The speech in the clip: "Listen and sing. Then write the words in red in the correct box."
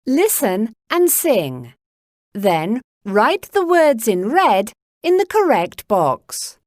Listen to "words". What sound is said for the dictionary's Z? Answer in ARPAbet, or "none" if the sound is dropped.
Z